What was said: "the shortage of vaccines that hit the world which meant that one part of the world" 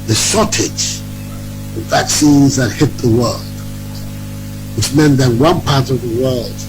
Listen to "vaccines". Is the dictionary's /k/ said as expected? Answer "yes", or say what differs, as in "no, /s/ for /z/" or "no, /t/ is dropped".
yes